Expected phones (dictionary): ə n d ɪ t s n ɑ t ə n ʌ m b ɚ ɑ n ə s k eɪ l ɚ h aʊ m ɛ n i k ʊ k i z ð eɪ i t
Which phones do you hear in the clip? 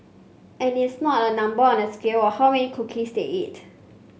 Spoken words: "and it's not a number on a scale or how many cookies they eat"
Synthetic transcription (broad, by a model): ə n ɪ t s n ɑ t ə n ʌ m b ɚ ɑ n ə s k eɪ w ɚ h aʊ m ɛ n i k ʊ k i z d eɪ i t